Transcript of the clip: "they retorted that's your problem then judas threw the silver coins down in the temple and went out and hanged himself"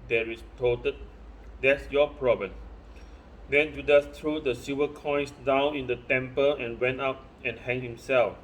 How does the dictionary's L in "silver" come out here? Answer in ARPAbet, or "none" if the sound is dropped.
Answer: none